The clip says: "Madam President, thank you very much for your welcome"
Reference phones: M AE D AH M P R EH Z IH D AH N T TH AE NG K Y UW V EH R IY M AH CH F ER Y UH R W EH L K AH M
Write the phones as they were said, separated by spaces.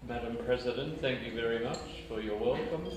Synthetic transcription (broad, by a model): M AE D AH M P R EH Z IH D AH N T TH AE NG K Y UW V EH R IY M AH CH F ER Y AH R W EH L K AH M